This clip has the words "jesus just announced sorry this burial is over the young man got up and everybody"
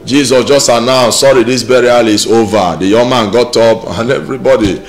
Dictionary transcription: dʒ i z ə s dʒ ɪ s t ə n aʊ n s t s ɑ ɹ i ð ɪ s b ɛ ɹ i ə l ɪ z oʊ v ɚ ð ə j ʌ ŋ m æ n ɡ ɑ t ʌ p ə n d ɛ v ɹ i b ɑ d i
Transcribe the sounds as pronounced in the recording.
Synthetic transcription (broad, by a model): dʒ i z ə s dʒ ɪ s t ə n aʊ s s ɑ ɹ i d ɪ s b ɛ ɹ i ə l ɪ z oʊ v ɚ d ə j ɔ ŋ m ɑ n ɡ ɑ t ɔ p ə n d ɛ v ɹ i b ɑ d i